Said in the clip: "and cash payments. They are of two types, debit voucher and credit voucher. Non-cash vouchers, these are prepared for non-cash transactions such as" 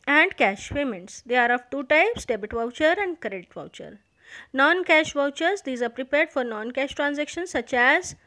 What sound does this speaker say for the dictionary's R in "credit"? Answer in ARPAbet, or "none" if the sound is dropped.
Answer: none